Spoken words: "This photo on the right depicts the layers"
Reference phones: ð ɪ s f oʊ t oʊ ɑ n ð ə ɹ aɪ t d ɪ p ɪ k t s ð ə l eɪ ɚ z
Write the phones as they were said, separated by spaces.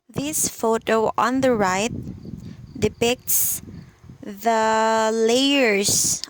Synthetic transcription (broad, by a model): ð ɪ s f oʊ t oʊ ɑ n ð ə ɹ aɪ t d ɪ p ɪ k t s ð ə l eɪ ɚ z